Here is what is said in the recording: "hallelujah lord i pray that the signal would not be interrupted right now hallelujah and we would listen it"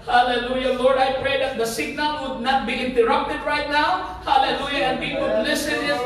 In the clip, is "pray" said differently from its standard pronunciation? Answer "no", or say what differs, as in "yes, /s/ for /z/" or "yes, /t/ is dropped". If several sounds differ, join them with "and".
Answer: no